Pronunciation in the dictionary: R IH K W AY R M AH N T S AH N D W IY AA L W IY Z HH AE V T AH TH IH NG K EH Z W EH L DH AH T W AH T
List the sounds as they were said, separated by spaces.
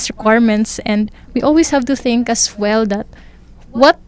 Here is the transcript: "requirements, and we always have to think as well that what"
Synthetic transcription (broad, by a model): R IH K W AY R M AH N T S AH N D W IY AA L W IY S HH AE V T AH TH IH NG K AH S W EH L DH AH T W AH T